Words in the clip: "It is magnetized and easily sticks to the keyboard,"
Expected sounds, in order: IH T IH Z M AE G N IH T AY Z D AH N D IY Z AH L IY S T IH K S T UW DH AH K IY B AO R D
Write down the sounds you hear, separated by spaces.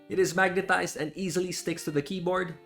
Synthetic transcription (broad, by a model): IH T IH Z M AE G N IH T AY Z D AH N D IY Z AH L IY S T IH K S T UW DH AH K IY B AO R D